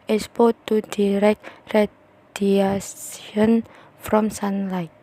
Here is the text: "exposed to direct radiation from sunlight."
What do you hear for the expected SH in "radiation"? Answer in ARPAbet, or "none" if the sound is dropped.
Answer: S